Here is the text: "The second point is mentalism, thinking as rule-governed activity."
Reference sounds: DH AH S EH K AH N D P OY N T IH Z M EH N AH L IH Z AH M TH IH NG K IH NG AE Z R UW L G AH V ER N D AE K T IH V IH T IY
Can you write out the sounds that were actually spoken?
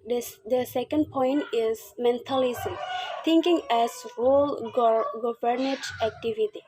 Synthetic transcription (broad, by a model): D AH S EH K AH N D P OY N T IH Z M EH N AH L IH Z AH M T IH NG K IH NG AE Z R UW L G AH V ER N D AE K T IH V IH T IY